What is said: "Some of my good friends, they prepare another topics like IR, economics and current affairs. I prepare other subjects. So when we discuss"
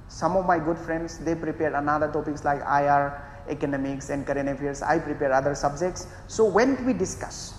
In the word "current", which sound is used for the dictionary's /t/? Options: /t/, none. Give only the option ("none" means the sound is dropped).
none